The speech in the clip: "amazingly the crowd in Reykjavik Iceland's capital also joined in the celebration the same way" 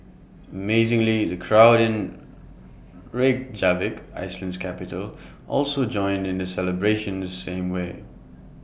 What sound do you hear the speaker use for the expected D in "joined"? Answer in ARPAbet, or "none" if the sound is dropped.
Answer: D